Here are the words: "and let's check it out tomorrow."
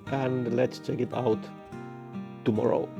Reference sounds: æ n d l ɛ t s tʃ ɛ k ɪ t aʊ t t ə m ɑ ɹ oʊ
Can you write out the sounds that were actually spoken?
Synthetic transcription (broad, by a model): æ n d l ɛ t s tʃ ɛ k ɪ t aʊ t t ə m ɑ ɹ oʊ